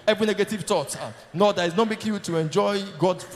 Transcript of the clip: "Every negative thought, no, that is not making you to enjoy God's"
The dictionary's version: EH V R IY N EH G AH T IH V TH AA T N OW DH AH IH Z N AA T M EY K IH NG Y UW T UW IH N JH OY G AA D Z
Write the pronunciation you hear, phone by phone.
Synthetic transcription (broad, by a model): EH V R IY N EH G AH T IH V T AA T N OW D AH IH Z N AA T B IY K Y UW T UW IH N JH OY G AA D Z